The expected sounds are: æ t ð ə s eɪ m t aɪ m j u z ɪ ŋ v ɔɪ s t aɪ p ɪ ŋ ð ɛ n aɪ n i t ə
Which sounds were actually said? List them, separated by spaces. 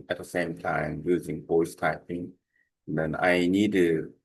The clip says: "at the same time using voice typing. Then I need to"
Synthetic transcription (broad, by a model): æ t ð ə s eɪ m t aɪ m j u z ɪ ŋ p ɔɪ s t aɪ p ɪ ŋ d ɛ n aɪ n i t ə